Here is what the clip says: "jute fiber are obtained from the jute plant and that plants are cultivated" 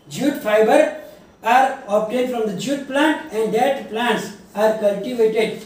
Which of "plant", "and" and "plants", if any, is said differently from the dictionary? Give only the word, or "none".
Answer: none